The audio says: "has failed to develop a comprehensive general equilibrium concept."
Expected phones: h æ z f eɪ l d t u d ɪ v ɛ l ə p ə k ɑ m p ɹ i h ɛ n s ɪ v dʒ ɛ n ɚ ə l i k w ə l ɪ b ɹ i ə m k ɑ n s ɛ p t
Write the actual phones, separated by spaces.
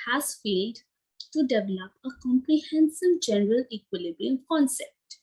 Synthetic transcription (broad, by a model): h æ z f eɪ l d t u d ɪ v ɛ l ə p ə k ɑ m p ɹ i h ɛ n s ɪ v dʒ ɛ n ɚ ə l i k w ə l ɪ b i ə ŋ k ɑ n s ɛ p t